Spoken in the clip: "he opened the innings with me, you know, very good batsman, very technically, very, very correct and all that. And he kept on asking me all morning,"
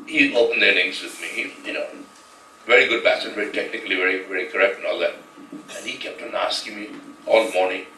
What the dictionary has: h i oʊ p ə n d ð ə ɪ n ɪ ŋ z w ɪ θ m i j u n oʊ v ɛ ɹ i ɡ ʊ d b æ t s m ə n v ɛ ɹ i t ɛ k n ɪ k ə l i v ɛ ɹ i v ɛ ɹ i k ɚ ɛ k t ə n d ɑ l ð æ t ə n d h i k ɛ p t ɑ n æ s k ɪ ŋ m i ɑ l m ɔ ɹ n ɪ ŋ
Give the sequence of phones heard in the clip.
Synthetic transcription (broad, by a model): h i oʊ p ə n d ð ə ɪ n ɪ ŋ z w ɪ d m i j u n oʊ v ɛ ɹ i ɡ ʊ d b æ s ə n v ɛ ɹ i t ɛ k n ɪ k ə l i v ɛ ɹ i v ɛ ɹ i k ɚ ɛ k t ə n ɑ l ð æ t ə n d h i k ɛ p t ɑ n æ s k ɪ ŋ m i ɑ l m ɔ ɹ n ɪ ŋ